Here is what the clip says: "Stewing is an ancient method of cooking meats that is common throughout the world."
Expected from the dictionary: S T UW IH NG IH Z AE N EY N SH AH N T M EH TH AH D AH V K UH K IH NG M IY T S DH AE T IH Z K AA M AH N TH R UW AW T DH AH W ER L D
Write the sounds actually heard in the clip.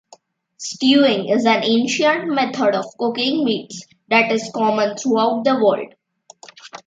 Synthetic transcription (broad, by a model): S T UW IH NG IH Z AE N EY N SH AH N T M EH T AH D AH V K UH K IH NG M IY T S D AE T IH Z K AA M AH N T R UW AW T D AH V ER L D